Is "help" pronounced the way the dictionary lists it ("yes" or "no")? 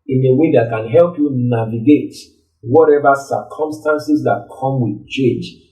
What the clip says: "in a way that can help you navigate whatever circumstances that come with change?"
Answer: yes